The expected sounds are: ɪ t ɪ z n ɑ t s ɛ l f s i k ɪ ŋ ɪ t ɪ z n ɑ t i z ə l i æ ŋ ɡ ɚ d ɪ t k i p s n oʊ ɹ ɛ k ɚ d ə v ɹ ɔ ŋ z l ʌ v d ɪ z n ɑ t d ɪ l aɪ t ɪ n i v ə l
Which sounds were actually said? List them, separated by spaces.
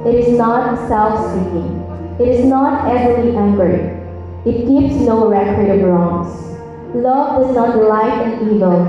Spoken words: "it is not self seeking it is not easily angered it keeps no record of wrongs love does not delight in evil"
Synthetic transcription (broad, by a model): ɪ t ɪ z n ɑ t s ɛ l f s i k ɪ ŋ ɪ t ɪ z n ɑ t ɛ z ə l i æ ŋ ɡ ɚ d ɪ t k i p s n oʊ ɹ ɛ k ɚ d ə b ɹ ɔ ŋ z l ʌ v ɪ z n ɑ t l aɪ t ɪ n i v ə l